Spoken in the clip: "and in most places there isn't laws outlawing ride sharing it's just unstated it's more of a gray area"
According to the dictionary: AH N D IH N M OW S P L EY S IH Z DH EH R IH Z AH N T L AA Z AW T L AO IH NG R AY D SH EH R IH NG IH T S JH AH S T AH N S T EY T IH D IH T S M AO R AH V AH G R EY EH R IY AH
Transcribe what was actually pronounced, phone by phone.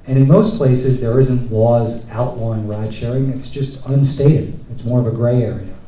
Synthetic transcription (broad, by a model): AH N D IH N M OW S P L EY S IH Z DH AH R IH Z AH N T L AA Z AW T L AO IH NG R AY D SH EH R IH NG IH T S JH AH S T AH N S T EY T IH D IH T S M AO R AH V AH G R EY EH R IY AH